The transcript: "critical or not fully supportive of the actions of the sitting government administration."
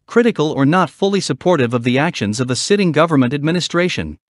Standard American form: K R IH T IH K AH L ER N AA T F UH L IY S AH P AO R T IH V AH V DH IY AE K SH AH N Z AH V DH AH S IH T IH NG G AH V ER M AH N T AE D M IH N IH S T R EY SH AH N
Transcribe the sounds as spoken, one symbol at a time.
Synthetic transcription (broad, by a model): K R IH T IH K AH L ER N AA T F UH L IY S AH P AO R T IH V AH V DH IY AE K SH AH N Z AH V DH AH S IH T IH NG G AH V ER M AH N T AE D M IH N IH S T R EY SH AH N